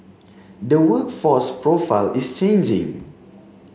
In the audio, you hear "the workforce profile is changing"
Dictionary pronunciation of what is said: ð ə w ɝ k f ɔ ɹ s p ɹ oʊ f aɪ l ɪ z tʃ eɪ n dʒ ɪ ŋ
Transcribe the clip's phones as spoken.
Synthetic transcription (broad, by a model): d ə w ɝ k f ɔ s p ɹ oʊ f aɪ l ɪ s tʃ eɪ n dʒ ɪ ŋ